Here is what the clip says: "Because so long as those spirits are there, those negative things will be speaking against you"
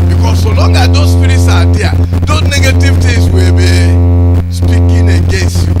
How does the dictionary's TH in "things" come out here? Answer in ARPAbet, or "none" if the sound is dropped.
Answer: T